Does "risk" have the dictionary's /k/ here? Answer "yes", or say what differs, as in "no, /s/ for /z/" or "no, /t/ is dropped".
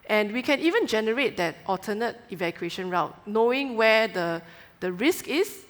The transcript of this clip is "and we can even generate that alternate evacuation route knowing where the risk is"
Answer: yes